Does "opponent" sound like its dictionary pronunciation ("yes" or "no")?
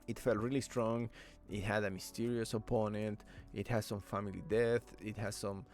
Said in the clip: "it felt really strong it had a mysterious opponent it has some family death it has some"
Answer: yes